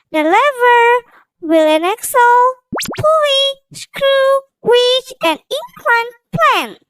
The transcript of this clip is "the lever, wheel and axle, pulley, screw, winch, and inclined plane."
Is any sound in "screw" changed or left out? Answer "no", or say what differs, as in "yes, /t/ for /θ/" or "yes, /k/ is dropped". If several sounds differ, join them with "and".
no